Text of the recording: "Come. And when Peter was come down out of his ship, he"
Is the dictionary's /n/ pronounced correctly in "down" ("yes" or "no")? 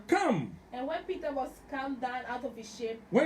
yes